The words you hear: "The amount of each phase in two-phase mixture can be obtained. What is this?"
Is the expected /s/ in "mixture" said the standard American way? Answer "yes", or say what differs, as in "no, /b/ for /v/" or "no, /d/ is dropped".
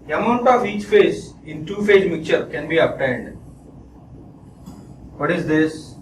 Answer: no, /s/ is dropped